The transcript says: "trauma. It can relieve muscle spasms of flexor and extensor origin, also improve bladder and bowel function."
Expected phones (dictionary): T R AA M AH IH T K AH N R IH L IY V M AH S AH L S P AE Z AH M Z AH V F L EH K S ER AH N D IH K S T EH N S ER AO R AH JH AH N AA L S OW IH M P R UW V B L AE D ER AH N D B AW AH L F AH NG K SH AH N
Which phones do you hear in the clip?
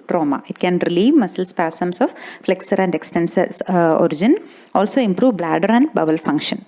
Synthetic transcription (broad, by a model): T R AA M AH IH T K AH N R IH L IY V M AH S AH L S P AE S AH M S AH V F L EH K S ER AH N D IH K S T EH N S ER AO R AH JH AH N AA L S OW IH M P R UW V B L AE D ER AH N D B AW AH L F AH NG K SH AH N